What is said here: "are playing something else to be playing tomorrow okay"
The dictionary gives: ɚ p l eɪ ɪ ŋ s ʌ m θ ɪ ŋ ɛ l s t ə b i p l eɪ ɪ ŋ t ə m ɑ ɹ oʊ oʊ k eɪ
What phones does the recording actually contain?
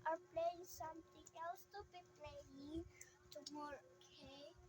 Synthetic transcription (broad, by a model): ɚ p l eɪ ɪ ŋ s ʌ m t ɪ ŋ ɛ l s t ə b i p l eɪ ɪ ŋ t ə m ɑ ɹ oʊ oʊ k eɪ